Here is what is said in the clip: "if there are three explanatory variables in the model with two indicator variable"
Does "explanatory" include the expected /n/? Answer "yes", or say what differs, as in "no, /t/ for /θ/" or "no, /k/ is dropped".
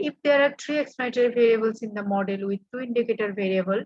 no, /n/ is dropped